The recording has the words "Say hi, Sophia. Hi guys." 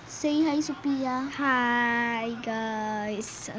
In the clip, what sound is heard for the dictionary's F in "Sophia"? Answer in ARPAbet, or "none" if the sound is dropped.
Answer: P